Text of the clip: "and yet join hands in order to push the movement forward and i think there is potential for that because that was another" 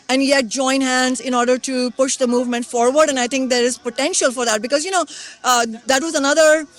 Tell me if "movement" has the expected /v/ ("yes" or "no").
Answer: yes